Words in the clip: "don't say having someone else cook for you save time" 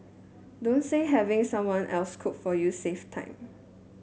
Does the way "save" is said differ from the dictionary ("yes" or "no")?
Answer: yes